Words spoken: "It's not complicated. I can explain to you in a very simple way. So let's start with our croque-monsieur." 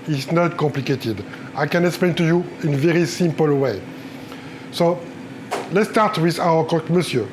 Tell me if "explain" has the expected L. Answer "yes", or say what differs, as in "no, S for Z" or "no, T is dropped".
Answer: yes